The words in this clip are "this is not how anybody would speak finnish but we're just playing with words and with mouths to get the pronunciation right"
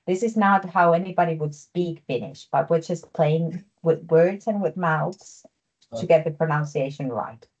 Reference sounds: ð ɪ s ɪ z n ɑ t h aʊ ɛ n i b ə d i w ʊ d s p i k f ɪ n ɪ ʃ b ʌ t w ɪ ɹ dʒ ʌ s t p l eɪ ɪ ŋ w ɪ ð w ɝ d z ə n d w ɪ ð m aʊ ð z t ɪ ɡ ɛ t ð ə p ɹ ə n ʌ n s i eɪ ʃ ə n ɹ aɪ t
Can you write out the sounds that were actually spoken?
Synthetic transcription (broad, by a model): ð ɪ s ɪ z n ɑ t h aʊ ɛ n i b ə d i w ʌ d s p i k f ɪ n ɪ ʃ b ʌ t w ɪ ɹ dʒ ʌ s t p l eɪ ɪ ŋ w ɪ ð w ɝ d z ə n w ɪ ð m aʊ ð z t ɪ ɡ ɛ t ð ə p ɹ ə n ʌ n s i eɪ ʃ ə n ɹ aɪ t